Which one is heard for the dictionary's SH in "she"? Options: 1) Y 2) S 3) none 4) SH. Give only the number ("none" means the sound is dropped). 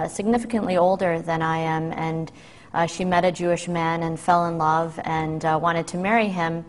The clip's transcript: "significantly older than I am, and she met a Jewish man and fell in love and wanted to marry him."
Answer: 4